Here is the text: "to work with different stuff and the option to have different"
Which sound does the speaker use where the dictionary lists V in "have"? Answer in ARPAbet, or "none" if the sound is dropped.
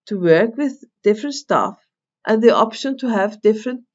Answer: V